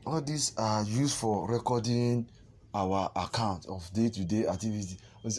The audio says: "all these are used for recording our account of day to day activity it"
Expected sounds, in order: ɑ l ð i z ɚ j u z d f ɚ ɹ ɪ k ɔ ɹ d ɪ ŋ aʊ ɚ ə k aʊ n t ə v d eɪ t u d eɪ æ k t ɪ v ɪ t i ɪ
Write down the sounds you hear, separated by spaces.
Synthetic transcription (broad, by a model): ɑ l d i s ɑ j u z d f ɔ ɹ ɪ k ɔ d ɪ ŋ aʊ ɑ ə k aʊ n t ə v d eɪ t u d eɪ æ k t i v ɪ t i